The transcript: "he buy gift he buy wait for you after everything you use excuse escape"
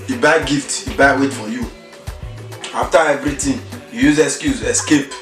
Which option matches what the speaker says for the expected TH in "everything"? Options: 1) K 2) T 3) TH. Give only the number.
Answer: 2